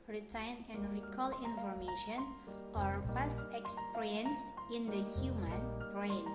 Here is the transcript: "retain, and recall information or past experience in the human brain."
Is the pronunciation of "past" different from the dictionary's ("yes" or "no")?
yes